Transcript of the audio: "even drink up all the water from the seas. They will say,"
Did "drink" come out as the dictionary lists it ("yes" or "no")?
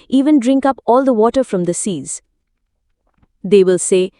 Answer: yes